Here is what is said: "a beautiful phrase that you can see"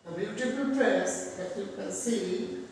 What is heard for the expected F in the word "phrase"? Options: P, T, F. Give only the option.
P